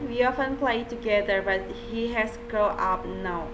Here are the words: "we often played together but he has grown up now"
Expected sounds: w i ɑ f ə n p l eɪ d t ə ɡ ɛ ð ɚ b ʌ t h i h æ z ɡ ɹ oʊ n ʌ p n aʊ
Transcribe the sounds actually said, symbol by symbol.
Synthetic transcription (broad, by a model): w i ɑ f ə n p l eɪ t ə ɡ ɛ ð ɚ b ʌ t h i h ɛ s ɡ oʊ ʌ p n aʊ